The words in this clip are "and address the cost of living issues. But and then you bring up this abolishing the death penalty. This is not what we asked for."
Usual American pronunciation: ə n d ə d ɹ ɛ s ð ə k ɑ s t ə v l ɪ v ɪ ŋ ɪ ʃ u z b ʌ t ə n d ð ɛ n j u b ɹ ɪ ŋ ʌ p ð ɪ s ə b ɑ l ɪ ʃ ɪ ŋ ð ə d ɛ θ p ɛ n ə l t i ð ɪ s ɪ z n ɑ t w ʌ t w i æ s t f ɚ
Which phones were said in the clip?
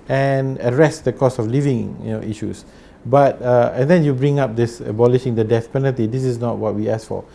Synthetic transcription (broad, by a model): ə n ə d ɹ ɛ s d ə k ɑ s ə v l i v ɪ ŋ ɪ ʃ u s b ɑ t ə n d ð ɛ n j u b ɹ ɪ ŋ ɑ p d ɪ s ə b ɑ l ɪ ʃ ɪ ŋ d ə d ɛ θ p ɛ n ə l t i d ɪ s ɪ s n ɑ t w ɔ t w i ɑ s f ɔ